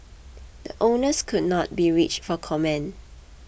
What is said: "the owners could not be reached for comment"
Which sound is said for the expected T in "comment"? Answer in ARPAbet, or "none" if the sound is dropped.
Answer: none